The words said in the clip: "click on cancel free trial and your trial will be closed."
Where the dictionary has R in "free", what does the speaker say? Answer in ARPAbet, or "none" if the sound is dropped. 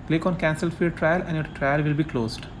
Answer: none